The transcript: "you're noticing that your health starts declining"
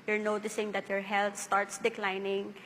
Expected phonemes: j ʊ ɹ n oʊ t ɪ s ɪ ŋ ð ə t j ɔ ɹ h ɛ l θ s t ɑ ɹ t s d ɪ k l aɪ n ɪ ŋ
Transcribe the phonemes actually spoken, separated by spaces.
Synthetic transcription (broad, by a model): j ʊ ɹ n oʊ t ɪ s ɪ ŋ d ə t j ɔ ɹ h ɛ l t s t ɑ ɹ t s d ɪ k l aɪ n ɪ ŋ